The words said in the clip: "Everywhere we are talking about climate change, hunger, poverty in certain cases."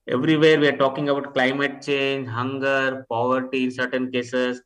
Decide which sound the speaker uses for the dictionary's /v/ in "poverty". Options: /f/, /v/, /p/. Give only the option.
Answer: /v/